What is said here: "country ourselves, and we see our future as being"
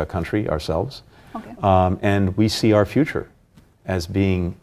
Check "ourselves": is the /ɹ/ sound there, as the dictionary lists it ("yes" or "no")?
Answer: yes